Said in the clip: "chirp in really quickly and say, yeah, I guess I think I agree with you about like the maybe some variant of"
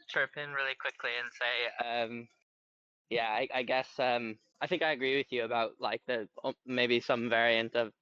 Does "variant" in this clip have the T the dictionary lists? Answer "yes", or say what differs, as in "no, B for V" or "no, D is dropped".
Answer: yes